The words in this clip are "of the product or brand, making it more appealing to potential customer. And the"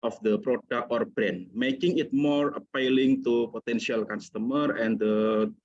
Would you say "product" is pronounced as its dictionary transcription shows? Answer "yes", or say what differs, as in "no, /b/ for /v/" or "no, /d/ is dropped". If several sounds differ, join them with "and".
no, /t/ is dropped